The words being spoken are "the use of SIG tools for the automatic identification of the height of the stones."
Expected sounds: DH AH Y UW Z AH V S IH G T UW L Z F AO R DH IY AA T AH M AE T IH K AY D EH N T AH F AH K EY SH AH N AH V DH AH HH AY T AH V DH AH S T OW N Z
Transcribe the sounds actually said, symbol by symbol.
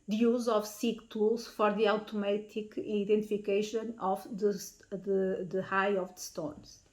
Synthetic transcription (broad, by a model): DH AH Y UW Z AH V S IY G T UW L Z F AO R DH IY AA T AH M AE T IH K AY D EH N T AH F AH K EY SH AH N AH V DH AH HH AY AH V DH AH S T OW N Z